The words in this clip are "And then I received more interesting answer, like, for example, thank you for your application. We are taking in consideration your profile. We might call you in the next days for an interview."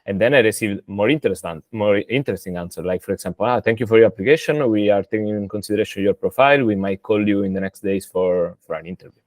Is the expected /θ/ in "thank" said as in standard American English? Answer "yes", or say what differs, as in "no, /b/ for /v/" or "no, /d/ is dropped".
no, /t/ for /θ/